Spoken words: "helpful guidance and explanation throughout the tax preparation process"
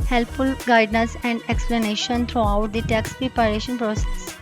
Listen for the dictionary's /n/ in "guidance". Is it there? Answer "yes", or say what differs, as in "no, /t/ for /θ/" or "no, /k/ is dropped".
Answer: no, /n/ is dropped